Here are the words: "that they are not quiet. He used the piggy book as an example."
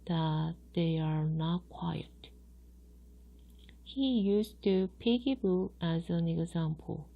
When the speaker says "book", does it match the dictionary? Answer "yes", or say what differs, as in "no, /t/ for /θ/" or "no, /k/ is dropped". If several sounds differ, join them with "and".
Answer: no, /k/ is dropped